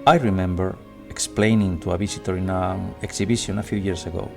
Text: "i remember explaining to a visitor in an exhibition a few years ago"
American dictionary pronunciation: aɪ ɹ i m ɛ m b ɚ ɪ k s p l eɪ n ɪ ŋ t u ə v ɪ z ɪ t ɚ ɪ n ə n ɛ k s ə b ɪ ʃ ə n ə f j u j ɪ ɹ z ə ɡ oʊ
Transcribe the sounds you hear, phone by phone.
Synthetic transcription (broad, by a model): aɪ ɹ i m ɛ m b ɚ ɪ k s p l eɪ n ɪ ŋ t u ə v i s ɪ t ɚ ɪ n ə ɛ k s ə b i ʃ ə n ə f j u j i ɹ s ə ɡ oʊ